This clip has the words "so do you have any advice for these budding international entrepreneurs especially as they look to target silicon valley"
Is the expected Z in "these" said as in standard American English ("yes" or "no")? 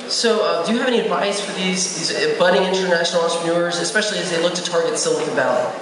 yes